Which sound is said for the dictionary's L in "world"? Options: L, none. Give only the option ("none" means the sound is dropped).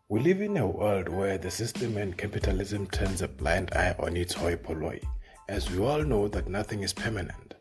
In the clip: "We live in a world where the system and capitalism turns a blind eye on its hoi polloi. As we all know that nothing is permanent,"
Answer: L